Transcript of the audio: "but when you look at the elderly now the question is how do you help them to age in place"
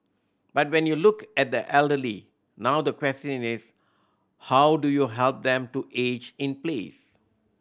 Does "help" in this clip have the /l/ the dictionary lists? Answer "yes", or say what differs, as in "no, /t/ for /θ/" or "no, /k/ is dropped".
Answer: yes